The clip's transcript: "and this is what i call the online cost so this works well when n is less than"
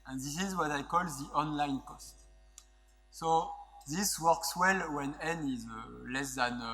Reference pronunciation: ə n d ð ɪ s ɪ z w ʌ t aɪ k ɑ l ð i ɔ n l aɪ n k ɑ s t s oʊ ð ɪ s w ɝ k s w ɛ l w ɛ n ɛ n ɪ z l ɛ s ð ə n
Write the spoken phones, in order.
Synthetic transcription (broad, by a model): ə n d ð ɪ s ɪ z w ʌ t aɪ k ɑ l ð i ɔ n l aɪ n k ɑ s t s oʊ ð ɪ s w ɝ k s w ɛ l w ɛ n ɛ n ɪ z l ɛ s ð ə n